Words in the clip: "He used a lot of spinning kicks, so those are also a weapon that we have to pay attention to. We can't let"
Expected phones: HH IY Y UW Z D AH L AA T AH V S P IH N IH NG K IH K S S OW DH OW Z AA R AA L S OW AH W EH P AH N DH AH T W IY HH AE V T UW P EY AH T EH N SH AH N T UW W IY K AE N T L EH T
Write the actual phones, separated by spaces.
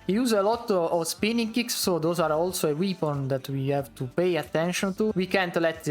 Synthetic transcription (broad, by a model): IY Y UW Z AH L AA T AH V S P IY N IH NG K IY K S S OW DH OW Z AA R AA L S OW AH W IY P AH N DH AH T W IY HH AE V T UW P EY AH T EH N SH AH N T UW W IY K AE N T L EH T